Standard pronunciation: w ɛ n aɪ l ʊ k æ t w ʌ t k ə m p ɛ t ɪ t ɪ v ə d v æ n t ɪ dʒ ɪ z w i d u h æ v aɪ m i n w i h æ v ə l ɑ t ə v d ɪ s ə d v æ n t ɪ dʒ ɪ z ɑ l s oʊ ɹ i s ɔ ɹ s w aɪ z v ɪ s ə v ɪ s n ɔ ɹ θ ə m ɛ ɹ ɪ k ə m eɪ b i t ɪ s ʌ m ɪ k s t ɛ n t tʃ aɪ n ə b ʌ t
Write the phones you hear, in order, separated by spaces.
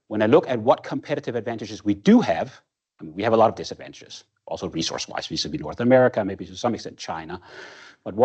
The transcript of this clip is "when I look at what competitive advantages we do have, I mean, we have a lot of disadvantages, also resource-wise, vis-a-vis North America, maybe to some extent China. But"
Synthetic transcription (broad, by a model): w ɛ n aɪ l ʊ k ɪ t w ʌ t k ə m p ɛ t ɪ t ɪ v ə d v æ n t ɪ dʒ ɪ z w i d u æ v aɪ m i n w i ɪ v ə l ɑ t ə v d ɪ s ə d v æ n t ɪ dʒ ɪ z ɑ l s oʊ ɹ i s ɔ ɹ s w aɪ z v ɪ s ə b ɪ n ɔ ɹ θ ə m ɛ ɹ ɪ k ə m eɪ b i t ɪ s ʌ m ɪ k s t ɛ n tʃ aɪ n ə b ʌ t